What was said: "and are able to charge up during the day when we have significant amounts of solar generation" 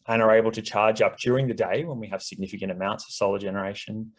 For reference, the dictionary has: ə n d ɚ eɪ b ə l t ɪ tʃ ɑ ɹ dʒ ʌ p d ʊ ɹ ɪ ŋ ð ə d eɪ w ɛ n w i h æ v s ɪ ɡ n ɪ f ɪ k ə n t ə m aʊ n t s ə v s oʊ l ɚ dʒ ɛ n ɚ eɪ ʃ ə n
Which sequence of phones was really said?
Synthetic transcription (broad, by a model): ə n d ɚ eɪ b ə l t ɪ tʃ ɑ ɹ dʒ ʌ p d ʊ ɹ ɪ ŋ ð ə d eɪ w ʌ n w i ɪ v s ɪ ɡ n ɪ f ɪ k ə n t ə m aʊ n t s ə v s oʊ l ɚ dʒ ɛ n ɚ eɪ ʃ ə n